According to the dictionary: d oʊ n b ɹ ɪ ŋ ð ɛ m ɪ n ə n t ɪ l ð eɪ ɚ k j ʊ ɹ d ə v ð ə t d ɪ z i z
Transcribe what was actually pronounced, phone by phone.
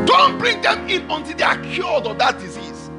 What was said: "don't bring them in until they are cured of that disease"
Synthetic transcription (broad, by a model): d oʊ n b ɹ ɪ ŋ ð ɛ m ɪ n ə n t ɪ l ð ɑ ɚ k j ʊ l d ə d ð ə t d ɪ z i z